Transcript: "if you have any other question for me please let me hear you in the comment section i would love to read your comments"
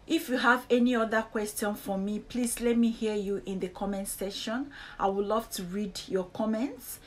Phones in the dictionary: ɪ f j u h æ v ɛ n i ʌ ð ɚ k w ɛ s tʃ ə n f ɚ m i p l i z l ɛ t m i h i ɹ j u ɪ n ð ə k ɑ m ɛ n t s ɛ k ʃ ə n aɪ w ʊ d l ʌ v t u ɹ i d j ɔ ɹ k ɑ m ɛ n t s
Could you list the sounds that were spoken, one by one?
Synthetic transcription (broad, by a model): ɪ f j u h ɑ v ɛ n i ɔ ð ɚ k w ɛ s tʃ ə n f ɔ m i p l i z l ɛ t m i h i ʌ j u ɪ n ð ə k ɑ m ɛ n t s ɛ ʃ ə n aɪ w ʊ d l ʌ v t u ɹ i d j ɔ k ɑ m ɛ n t s